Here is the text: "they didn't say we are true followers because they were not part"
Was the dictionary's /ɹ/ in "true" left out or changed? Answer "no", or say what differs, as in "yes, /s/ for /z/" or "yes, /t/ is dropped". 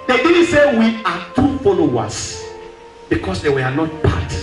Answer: yes, /ɹ/ is dropped